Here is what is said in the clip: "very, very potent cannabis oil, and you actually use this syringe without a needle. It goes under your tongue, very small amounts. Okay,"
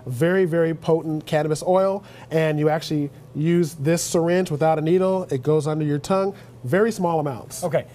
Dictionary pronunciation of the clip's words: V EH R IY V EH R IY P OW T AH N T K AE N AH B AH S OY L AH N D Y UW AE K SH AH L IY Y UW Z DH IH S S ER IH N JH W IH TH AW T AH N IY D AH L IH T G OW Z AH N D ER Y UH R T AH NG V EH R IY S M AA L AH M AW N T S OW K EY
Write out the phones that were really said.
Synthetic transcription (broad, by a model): V EH R IY V EH R IY P OW T N K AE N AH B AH S OY L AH N Y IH AE K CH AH L IY Y UW Z DH IH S S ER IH N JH W IH TH AW T AH N IY D L IH T G OW Z AH N D ER Y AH R T AH NG V EH R IY S M AA L AH M AW N T S OW K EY